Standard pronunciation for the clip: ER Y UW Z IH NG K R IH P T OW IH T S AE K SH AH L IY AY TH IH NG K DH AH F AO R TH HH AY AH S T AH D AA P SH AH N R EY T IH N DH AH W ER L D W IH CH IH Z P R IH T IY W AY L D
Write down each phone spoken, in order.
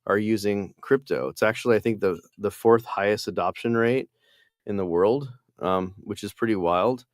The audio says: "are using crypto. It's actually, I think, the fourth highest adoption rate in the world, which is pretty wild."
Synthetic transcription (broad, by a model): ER Y UW Z IH NG K R IH P T OW IH T S AE K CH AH L IY AY TH IH NG K DH AH F AO R TH HH AY AH S T AH D AA P SH AH N R EY T IH N DH AH W ER L D W IH CH IH Z P R IH T IY W AY L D